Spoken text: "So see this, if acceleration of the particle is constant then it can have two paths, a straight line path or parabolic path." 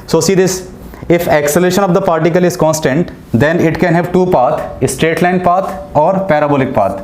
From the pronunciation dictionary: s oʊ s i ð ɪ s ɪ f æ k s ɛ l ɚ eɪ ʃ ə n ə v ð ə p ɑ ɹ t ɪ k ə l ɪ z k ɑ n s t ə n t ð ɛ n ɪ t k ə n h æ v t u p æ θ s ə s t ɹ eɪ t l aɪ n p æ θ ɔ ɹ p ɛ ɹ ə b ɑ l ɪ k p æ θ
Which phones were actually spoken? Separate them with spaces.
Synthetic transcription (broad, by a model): s oʊ s i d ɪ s ɪ f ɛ k s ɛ l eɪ ʃ ə n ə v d ə p ɑ ɹ t ɪ k ə l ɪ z k ɑ n s t ə n t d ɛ n ɪ t k ə n h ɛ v t u p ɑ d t ə s t ɹ eɪ t l aɪ n p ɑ t ɔ ɹ p ɛ ɹ ə b ɑ l ɪ k p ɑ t